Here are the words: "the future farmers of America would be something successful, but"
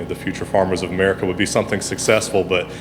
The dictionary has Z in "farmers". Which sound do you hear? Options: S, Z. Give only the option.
Z